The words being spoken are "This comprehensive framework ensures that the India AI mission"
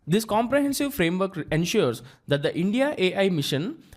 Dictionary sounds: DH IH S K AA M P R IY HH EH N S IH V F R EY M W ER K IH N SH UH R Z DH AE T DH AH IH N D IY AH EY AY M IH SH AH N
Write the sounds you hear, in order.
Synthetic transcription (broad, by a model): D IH S K AA M P R IY HH EH N S IH V F R EY M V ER K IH N SH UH R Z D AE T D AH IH N D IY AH EY AY M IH SH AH N